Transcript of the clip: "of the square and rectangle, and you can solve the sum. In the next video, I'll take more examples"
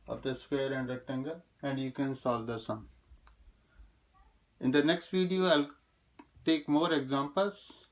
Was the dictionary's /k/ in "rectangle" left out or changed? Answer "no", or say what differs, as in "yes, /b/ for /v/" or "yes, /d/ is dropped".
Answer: yes, /k/ is dropped